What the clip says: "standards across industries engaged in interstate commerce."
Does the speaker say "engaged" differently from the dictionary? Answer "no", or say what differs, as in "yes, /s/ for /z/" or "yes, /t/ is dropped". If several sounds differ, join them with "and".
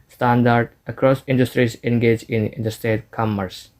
yes, /d/ is dropped